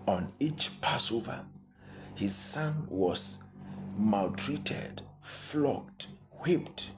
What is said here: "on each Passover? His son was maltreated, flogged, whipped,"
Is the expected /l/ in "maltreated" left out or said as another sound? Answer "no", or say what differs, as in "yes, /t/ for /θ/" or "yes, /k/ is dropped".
no